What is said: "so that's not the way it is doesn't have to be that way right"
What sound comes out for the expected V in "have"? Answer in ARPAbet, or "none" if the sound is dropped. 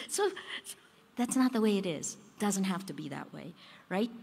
F